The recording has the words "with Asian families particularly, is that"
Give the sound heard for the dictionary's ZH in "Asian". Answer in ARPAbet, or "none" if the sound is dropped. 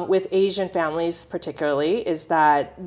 ZH